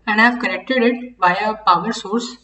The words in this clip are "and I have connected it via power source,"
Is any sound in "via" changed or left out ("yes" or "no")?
yes